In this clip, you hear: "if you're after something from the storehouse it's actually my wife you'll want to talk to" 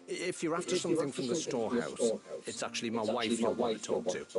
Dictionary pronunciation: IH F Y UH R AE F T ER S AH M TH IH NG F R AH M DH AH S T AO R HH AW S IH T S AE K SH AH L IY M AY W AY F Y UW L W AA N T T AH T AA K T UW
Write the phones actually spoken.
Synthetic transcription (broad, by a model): IH F Y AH R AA F T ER S AH M TH IH NG F R AH M DH AH S T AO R HH AW S IH T S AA K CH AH L IY M AY W AY F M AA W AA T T T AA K T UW